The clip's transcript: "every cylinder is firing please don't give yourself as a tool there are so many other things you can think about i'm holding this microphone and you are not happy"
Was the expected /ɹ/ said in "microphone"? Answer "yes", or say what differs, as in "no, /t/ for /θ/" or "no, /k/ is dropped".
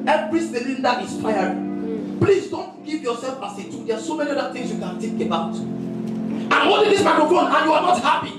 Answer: no, /ɹ/ is dropped